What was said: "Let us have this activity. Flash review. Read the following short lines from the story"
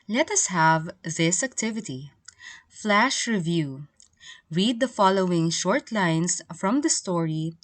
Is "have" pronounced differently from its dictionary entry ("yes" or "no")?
no